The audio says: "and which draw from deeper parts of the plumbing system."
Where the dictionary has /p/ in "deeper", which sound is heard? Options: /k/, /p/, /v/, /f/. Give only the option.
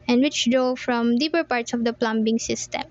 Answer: /p/